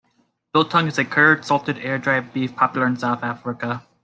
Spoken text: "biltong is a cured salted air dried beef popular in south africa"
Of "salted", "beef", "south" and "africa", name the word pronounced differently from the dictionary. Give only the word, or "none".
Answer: none